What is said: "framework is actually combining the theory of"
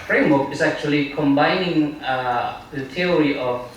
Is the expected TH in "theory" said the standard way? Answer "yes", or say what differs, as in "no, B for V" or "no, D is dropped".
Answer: no, T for TH